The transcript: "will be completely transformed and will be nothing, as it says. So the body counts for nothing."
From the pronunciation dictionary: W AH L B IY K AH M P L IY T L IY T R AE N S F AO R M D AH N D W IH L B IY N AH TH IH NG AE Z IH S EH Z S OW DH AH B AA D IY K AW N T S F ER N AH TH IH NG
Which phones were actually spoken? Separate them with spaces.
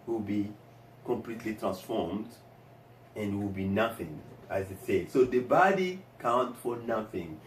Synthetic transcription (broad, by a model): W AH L B IY K AH M P L IY T L IY T R AE N S F AO R M D AH N D W IH L B IY N AH TH IH NG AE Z IH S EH S OW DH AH B AA D IY K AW N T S F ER N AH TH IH NG